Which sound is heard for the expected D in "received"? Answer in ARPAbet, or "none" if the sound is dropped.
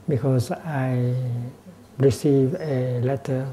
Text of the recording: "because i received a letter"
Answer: none